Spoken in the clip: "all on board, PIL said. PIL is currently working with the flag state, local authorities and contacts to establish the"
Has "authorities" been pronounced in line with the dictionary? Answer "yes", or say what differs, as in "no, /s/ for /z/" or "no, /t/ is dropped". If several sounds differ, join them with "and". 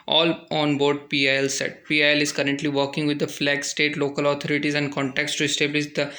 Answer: no, /t/ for /θ/